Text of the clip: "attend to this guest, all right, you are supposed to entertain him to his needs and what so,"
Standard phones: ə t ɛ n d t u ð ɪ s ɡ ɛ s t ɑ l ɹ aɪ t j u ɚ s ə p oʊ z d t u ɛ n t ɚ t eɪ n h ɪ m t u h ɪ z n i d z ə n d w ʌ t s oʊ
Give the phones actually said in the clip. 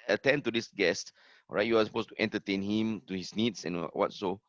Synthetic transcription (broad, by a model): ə t ɛ n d t u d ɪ s ɡ ɛ s t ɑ ɹ aɪ t j u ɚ s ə p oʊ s t u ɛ n t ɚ t eɪ n h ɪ m t u h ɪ s n i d s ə n w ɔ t s oʊ